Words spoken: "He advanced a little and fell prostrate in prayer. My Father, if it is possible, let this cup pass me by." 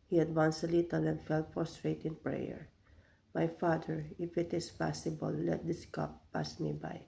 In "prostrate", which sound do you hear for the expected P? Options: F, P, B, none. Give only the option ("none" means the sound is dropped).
F